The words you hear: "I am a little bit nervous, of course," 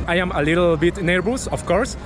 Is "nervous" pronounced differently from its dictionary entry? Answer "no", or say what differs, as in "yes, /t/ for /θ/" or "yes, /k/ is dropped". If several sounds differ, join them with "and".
yes, /b/ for /v/